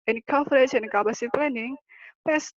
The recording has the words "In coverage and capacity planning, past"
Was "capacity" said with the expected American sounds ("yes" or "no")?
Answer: no